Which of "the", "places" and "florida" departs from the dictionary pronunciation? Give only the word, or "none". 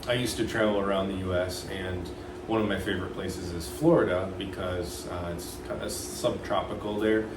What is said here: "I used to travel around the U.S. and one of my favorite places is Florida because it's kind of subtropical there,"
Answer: none